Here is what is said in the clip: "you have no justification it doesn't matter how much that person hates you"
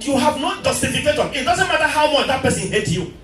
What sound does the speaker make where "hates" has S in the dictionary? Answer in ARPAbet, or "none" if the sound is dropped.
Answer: none